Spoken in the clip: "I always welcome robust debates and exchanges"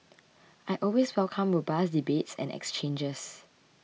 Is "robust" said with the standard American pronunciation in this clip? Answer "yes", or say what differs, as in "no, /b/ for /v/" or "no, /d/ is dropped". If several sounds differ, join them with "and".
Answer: no, /w/ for /ɹ/